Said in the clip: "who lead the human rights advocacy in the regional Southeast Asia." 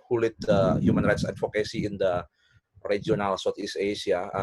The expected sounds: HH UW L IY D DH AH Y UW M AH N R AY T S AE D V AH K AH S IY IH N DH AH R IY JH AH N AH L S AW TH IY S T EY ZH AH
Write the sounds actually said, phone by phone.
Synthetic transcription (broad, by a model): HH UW L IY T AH Y UW M AH N R AY T S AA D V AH K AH S IY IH N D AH R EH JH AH N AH L S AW T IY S EY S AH